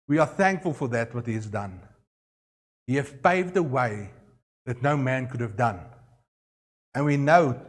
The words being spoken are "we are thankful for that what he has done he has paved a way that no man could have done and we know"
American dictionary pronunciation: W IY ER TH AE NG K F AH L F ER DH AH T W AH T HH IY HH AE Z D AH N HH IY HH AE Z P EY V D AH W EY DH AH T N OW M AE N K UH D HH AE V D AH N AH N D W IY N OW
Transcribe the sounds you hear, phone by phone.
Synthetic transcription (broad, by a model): W IY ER TH AE NG K F AH L F ER DH AH T W AH T HH IY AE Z D AH N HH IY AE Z P EY V D AH W EY DH AH T N OW M AE N K UH D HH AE V D AH N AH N W IY N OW